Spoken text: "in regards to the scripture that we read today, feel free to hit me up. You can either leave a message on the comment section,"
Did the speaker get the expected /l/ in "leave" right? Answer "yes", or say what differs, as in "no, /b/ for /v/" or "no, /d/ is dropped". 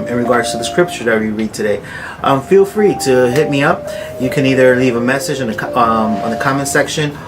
yes